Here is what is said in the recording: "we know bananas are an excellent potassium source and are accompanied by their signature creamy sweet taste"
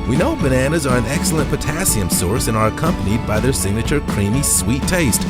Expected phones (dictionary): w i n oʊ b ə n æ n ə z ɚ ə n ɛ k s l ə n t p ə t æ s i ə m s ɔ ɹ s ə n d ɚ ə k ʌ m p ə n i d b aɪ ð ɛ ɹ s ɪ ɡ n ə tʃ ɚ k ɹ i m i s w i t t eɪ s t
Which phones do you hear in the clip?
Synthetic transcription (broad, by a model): w i n oʊ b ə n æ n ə z ɚ ə n ɛ k s l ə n p ə t æ s i ə m s ɔ ɹ s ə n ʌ ɚ ə k ʌ m p ə n i d b aɪ ð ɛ ɹ s ɪ ɡ n ə tʃ ɚ k ɹ i m i s w i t t eɪ s t